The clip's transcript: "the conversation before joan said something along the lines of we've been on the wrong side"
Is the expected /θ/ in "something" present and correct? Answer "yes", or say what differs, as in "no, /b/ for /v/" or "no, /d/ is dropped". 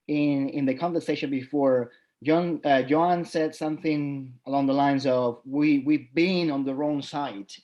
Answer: yes